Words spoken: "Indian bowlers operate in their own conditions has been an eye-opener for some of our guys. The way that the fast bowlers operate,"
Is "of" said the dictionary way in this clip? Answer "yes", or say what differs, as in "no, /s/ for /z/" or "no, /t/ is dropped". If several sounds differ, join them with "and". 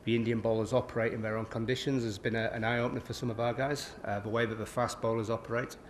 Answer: yes